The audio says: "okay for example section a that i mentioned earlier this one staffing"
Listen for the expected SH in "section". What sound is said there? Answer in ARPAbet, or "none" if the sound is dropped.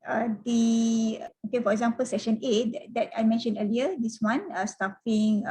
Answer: SH